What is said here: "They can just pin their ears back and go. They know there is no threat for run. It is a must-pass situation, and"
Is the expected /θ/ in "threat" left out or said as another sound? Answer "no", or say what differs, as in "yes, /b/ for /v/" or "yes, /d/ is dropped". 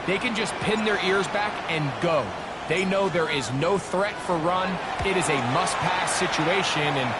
no